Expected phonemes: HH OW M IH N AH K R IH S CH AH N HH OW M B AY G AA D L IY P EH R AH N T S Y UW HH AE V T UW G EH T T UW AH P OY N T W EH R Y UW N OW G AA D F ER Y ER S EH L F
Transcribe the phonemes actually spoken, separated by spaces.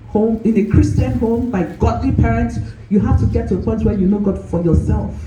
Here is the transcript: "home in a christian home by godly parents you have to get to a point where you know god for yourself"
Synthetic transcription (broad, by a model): HH OW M IH N AH K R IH S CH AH N HH OW M B AY G AA D L IY P EH R AH N T S Y UW HH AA F T UW G EH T T UW AH P OY N T W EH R Y UW N OW G AA D F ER Y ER S EH L F